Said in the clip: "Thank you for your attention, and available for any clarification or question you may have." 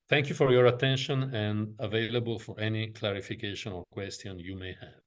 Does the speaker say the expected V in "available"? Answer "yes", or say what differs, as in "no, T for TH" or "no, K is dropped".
yes